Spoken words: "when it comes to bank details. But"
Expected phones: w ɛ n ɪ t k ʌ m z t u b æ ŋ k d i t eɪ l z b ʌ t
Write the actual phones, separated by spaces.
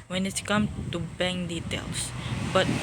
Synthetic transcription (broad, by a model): w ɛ n ɪ t k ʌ m t u b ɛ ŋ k d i t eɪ l s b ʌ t